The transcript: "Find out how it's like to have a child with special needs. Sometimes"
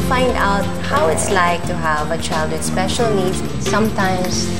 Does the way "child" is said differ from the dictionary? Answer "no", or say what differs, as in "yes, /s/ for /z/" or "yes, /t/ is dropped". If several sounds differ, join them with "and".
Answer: no